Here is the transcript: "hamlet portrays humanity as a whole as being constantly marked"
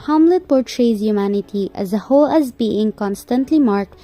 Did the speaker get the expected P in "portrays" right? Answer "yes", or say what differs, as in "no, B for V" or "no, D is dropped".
yes